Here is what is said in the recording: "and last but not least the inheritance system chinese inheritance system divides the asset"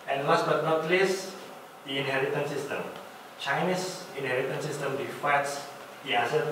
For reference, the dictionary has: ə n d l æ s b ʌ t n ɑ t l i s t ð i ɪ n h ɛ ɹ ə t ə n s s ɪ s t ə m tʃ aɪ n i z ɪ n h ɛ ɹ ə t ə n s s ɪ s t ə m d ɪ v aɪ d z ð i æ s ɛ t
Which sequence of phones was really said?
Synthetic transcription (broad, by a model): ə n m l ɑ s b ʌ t n ɑ t l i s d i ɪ n h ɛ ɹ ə t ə n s s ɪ s t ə m tʃ aɪ n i s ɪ n h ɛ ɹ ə t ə n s s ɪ s t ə m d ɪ f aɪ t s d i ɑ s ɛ